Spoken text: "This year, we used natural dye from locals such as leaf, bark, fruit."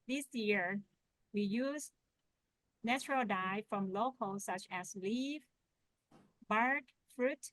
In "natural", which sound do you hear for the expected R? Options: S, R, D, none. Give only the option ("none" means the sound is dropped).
R